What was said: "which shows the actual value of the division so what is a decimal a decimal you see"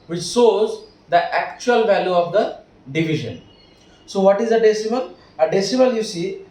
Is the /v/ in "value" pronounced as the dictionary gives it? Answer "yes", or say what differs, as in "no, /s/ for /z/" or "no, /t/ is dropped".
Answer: yes